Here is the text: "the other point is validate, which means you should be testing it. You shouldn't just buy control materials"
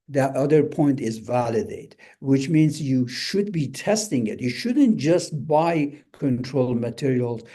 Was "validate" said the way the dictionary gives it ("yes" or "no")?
yes